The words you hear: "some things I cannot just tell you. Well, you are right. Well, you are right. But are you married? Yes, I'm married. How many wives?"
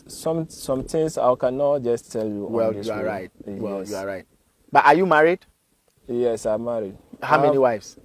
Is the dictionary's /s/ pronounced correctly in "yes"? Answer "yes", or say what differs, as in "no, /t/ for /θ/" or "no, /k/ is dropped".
yes